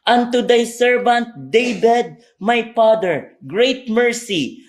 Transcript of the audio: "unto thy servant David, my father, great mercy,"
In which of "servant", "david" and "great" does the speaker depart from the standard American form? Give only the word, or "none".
david